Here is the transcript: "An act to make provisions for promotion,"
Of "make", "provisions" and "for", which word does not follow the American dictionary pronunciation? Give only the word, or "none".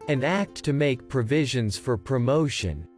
none